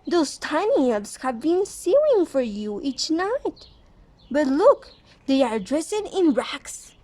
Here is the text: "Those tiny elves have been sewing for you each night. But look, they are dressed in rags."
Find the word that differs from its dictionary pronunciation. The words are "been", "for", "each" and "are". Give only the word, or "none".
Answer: none